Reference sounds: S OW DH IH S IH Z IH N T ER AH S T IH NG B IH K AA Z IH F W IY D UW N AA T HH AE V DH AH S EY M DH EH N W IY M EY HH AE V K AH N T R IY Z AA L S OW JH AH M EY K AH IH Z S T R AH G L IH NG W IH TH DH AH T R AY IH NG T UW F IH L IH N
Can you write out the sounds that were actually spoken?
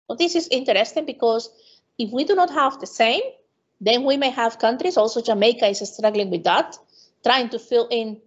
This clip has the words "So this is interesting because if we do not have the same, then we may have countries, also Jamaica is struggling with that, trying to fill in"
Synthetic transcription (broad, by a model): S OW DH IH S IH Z IH N T ER AH S T IH NG B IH K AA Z IH F W IY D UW N AA T HH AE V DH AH S EY M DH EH N W IY M EY HH AE V K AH N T R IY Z AA L S OW JH AH M EY K AH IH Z S T R AH G L IH NG W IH DH AH T R AY IH NG T UW F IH L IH N